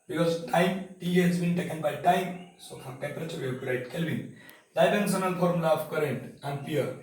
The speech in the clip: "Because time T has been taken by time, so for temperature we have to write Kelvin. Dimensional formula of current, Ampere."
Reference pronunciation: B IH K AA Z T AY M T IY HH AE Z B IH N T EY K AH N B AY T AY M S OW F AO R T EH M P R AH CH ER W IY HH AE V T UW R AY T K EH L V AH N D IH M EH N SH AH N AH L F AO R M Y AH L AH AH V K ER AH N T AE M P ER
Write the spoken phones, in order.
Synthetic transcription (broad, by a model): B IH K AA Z T AY M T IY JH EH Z B IH N T EY K AH N B AY T AY M S OW F AO R T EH M P R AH CH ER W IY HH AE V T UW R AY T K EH L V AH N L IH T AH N S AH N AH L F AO R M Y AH L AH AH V K ER AH N T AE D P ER